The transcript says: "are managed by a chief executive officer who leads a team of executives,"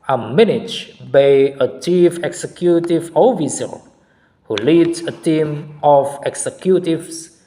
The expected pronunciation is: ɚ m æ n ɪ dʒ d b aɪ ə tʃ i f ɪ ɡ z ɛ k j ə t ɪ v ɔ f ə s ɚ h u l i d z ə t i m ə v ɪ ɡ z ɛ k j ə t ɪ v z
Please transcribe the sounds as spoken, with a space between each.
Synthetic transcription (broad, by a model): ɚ m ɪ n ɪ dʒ b aɪ ə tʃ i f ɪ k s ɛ k j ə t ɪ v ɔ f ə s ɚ h u l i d ə t i m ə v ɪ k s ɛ k j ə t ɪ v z